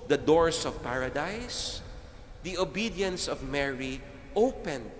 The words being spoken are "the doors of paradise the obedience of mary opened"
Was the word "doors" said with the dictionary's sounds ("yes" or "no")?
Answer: no